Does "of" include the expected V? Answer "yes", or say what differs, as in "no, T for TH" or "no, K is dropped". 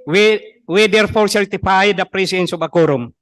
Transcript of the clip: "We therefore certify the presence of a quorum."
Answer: no, B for V